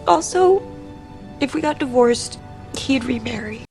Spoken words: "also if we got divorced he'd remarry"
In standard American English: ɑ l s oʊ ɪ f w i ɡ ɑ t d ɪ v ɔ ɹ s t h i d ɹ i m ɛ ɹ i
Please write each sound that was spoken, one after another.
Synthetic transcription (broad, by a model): ɑ l s oʊ ɪ f w i ɡ ɑ t d ɪ v ɔ ɹ s t h i d ɹ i m ɛ ɹ i